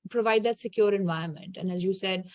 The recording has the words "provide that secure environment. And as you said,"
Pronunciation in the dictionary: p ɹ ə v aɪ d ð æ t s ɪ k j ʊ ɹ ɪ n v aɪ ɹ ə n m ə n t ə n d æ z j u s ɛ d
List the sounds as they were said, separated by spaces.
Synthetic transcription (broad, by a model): p ɹ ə v aɪ d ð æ t s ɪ k j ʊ ɹ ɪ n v aɪ ə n m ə n t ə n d æ z j u s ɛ d